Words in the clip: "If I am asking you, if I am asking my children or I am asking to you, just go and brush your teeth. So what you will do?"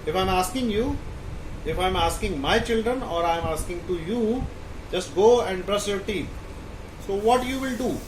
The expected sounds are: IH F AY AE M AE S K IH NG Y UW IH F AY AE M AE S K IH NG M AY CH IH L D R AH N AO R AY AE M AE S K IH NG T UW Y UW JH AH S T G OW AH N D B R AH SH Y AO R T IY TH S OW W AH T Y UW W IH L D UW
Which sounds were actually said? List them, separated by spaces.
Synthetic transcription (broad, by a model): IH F AY M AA S K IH NG Y UW IH F AY M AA S K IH NG M AY CH IH L D R AH N AO R AY M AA S K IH NG T UW Y UW JH AH S T G OW AH N D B R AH S Y AO R T IY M S OW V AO T Y UW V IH L D UW